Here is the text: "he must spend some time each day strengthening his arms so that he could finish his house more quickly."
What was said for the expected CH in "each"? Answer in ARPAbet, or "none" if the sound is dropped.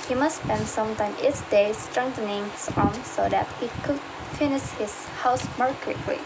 S